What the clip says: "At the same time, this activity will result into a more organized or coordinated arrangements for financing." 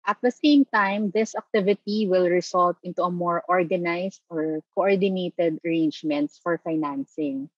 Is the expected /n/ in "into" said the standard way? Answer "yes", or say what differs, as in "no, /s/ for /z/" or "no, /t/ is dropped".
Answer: yes